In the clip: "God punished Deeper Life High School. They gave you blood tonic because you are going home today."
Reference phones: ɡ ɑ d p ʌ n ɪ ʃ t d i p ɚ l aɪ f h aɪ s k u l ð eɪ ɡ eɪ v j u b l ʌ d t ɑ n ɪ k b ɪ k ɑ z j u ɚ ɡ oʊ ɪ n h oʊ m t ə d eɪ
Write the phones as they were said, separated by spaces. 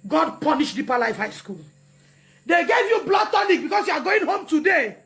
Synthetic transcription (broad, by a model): ɡ ɑ d p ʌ n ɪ ʃ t d i p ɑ l aɪ f h aɪ s k u l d eɪ ɡ eɪ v j u b l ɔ t ɑ n ɪ k b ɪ k ɑ s j u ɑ ɡ oʊ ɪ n h oʊ m t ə d eɪ